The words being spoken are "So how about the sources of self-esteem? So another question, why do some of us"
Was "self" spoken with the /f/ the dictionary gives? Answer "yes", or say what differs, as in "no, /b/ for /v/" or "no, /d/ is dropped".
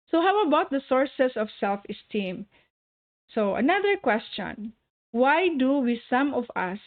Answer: yes